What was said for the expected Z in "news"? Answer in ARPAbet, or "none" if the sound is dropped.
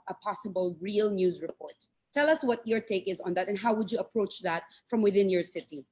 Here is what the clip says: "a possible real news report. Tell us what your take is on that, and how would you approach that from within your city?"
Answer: Z